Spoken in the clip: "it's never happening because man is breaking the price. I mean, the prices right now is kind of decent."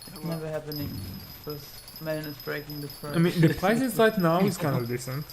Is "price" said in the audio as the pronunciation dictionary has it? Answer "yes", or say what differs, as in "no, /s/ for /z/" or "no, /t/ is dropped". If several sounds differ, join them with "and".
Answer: no, /s/ is dropped